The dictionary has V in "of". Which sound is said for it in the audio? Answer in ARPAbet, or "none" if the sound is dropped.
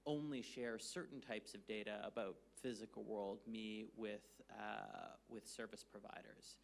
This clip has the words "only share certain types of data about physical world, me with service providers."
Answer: V